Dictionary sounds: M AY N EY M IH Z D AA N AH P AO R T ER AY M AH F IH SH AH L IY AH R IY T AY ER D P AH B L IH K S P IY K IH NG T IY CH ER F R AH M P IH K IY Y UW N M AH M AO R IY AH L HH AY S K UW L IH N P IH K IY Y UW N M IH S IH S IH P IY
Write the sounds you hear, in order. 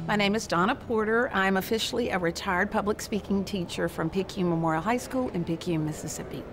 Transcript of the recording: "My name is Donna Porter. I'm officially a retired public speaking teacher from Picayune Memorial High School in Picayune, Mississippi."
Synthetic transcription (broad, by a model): M AY N EY M IH Z D AA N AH P AO R T ER AY M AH F IH SH L IY AH R IY T AY ER D P AH B L IH K S P IY K IH NG T IY CH ER F R AH M P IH K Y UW M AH M AO R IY L HH AY S K UW L IH N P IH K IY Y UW M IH S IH S IH P IY